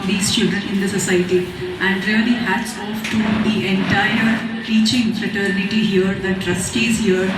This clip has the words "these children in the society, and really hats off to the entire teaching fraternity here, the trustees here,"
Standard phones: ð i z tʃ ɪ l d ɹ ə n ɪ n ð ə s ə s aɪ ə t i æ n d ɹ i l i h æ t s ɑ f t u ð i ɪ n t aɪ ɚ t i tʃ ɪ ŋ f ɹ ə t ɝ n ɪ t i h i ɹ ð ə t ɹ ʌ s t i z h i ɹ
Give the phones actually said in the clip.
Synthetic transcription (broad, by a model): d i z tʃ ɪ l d ə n ɪ n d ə s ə s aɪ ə t i æ n d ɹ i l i h æ t s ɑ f t u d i ɪ n t aɪ ɚ t i tʃ ɪ ŋ f ɹ ə t ɝ n ɪ t i h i ɹ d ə t ɹ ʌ s t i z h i ɹ